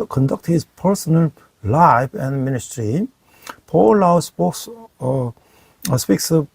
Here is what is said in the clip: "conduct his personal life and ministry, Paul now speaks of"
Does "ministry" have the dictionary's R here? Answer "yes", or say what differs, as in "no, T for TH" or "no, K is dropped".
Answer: yes